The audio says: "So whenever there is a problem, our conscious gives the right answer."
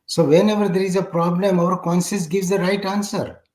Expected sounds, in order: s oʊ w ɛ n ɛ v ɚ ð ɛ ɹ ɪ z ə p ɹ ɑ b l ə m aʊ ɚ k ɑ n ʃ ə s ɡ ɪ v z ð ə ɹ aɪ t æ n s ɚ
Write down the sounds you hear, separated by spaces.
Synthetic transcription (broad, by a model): s oʊ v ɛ n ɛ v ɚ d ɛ ɹ ɪ z ə p ɹ ɑ b l ə m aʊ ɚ k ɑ n s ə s ɡ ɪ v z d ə ɹ aɪ t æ n s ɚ